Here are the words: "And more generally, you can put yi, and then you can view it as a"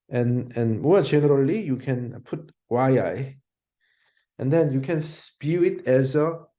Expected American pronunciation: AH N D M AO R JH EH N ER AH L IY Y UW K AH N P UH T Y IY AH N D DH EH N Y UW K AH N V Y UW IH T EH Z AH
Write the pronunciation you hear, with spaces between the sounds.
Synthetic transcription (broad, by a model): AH N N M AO JH EH N ER AH L IY Y UW K AH N P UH T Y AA AH N D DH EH N Y UW K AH N B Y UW IH T EH Z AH